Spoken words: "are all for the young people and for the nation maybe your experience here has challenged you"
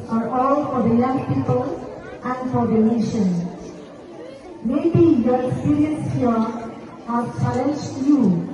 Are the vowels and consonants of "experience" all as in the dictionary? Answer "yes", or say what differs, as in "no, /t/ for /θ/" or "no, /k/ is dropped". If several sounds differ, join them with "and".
no, /p/ is dropped and /n/ is dropped